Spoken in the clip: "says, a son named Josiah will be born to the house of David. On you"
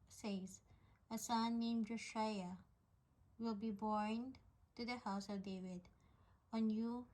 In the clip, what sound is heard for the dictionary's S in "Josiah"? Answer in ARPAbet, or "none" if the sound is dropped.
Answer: SH